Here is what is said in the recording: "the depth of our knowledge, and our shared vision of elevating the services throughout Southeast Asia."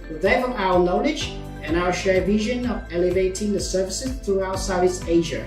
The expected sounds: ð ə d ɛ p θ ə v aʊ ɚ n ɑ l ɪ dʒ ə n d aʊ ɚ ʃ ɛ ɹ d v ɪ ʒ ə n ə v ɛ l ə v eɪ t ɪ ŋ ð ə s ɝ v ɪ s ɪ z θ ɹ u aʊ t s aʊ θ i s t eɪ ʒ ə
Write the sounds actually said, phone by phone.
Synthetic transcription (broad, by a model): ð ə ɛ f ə aʊ ɚ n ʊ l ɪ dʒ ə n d aʊ ɚ ʃ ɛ ɹ v ɪ ʒ ə n ə v ɛ l ə v eɪ t ɪ ŋ ð ə s ɝ v ɪ s ɪ z θ ɹ u aʊ t s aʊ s eɪ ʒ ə